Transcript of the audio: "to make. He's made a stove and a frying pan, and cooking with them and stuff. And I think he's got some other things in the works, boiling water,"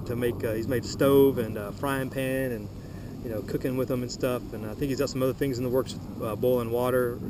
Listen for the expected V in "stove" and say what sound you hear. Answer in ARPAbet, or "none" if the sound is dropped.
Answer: V